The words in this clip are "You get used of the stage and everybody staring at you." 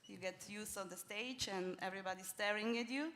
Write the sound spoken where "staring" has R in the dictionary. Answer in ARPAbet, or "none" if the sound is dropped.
R